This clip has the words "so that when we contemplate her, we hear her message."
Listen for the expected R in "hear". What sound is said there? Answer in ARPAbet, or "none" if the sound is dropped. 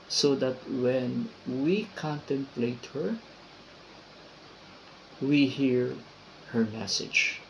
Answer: R